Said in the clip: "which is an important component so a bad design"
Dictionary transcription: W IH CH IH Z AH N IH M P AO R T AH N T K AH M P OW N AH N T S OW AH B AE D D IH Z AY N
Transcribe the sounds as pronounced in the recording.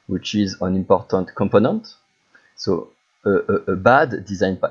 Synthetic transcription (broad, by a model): W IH CH IH Z AH N IH M P AO R T AH N T K AH M P OW N AH N T S OW AH B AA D D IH Z AY N